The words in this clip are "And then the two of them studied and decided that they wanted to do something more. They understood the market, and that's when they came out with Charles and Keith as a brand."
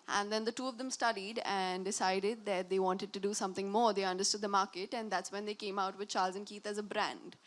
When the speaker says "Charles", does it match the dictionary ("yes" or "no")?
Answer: yes